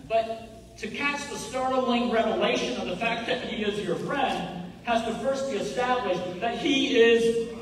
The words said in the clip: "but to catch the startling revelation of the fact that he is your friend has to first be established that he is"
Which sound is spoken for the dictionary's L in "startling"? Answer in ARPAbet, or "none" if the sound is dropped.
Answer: L